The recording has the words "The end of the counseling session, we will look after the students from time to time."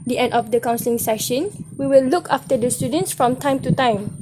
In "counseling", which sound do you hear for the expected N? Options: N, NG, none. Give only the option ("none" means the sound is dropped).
N